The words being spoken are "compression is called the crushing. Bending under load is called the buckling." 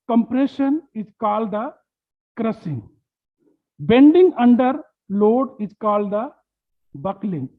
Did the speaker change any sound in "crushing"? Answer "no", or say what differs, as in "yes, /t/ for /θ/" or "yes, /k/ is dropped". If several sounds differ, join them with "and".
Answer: yes, /s/ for /ʃ/